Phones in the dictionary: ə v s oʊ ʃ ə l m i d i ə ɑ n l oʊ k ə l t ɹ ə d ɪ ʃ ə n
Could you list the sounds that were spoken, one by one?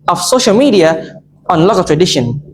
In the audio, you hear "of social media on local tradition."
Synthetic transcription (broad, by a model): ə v s oʊ ʃ ə l m i d i ə ɑ n l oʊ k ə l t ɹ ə d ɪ ʃ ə n